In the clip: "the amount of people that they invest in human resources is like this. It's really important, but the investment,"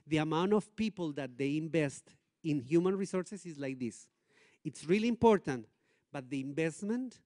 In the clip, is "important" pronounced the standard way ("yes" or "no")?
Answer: yes